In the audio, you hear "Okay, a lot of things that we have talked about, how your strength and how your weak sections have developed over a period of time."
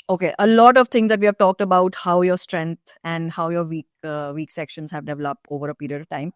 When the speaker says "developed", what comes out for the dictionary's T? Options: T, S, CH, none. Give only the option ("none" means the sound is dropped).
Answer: T